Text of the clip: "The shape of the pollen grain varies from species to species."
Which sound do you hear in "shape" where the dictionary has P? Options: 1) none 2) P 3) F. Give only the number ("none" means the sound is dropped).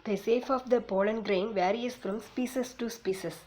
3